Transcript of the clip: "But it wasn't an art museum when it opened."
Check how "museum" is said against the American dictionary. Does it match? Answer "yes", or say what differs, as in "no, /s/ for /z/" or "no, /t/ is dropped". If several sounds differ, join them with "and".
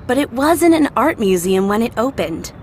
yes